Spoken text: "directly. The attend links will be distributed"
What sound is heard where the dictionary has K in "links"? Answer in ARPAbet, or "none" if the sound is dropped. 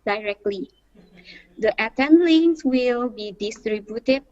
none